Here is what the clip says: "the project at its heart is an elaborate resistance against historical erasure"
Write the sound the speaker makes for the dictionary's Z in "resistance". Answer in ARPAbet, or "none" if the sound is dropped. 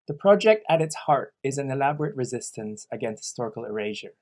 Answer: Z